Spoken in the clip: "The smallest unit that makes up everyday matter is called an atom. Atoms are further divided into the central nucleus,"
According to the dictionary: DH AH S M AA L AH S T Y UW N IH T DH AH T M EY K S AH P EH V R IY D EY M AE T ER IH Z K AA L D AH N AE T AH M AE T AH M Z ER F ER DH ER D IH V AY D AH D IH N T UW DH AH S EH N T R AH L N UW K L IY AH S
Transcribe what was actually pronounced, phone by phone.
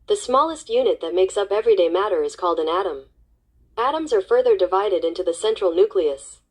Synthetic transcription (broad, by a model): DH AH S M AA L AH S T Y UW N IH T DH AH T M EY K S AH P EH V R IY D EY M AE T ER IH Z K AA L D AH N AE T AH M AE T AH M Z ER F ER DH ER D IH V AY D AH D IH N T UW DH AH S EH N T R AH L N UW K L IY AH S